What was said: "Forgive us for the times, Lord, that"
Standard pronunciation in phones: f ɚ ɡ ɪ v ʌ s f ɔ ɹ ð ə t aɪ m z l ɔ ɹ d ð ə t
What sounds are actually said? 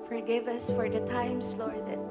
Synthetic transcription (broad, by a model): f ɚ ɡ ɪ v ʌ s f ɔ ɹ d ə t aɪ m s l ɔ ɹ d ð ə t